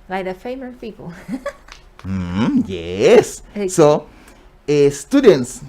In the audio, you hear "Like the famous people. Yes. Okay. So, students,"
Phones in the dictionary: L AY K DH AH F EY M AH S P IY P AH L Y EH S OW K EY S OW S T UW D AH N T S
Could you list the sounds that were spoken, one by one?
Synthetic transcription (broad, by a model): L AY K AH F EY M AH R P IY P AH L Y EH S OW EY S S T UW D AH N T S